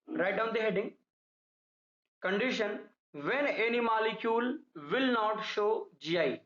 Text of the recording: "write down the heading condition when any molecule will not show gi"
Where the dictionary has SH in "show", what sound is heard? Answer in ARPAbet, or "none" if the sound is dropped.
SH